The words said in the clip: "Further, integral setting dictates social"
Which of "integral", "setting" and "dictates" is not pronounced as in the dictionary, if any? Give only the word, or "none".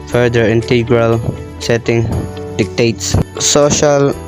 none